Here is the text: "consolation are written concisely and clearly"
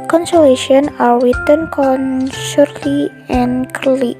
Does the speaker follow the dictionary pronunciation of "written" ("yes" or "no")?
no